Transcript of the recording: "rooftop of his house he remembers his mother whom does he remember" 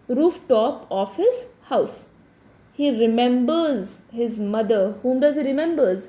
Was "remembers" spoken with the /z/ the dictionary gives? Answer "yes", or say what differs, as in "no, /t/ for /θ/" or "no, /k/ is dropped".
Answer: yes